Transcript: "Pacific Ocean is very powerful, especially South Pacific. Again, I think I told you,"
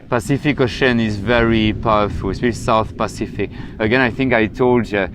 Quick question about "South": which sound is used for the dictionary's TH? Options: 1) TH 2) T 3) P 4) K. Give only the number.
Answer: 1